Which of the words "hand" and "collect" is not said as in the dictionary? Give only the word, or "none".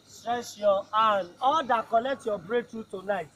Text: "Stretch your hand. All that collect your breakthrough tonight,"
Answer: hand